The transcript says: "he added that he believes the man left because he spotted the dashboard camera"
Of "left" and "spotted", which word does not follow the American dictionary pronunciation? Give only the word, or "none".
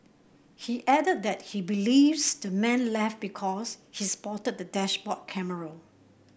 none